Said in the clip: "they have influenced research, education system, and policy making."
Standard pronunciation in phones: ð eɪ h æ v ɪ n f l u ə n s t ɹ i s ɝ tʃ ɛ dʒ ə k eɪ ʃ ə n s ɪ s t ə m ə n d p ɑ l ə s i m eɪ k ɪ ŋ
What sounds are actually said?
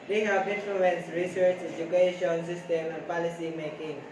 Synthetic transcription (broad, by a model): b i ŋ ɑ p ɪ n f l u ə n s ɹ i s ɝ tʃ ɛ dʒ ə k eɪ ʃ ə n s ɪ s t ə m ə n p ɑ l ə s i m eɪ k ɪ ŋ